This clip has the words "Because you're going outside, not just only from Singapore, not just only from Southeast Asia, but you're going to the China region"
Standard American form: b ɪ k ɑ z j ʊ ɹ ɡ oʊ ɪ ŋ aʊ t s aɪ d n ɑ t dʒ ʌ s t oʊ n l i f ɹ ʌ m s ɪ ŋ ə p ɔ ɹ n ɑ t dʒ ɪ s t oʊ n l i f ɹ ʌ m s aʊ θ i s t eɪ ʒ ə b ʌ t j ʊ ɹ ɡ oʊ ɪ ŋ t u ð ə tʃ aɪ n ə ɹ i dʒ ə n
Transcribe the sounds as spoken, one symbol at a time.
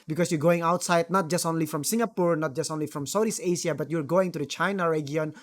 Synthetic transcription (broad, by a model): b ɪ k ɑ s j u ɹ ɡ oʊ ɪ ŋ aʊ t s aɪ d n ɑ t dʒ ʌ s t oʊ n l i f ɹ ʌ m s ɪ ŋ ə p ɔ ɹ n ɑ t dʒ ɪ s t oʊ n l i f ɹ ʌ m s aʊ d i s eɪ s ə b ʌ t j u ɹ ɡ oʊ ɪ ŋ t u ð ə tʃ aɪ n ə ɹ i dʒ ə n